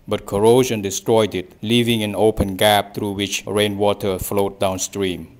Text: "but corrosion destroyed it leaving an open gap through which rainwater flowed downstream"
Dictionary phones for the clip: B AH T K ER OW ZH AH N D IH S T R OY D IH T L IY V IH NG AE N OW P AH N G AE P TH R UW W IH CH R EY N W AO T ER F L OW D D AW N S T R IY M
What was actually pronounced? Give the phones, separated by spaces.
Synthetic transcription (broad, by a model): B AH T K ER OW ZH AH N D IH S T R OY D IH T L IY V IH NG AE N OW P AH N G AE P T R UW W IH CH R EY N W AO T ER F L OW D D AW N S T R IY M